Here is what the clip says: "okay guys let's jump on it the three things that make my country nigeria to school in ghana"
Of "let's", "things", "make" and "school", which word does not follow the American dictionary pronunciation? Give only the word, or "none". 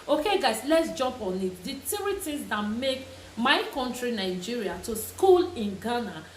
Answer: things